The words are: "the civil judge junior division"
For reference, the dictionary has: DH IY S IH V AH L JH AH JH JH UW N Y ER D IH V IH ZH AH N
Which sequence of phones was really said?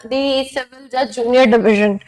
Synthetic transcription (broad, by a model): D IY S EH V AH N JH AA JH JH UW N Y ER D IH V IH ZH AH N